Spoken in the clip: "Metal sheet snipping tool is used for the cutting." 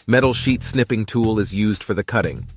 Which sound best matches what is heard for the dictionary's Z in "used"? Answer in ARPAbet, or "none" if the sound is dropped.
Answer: Z